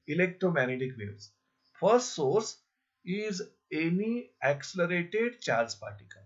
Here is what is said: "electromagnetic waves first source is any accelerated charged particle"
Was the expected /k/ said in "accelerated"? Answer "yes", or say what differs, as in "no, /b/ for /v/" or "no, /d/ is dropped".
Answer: yes